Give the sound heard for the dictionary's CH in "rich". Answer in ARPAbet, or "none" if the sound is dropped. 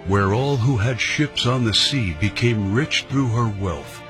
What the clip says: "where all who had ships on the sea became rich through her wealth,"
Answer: CH